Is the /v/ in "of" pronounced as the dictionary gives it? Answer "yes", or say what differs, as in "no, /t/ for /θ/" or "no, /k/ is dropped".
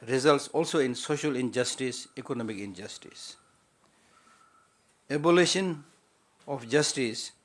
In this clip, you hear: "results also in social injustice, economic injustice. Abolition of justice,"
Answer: no, /f/ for /v/